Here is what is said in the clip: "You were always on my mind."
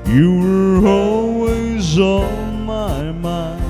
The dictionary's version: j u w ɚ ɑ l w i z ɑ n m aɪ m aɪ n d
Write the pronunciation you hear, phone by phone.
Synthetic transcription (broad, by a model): j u w ɚ ɑ l w i z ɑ l m aɪ m aɪ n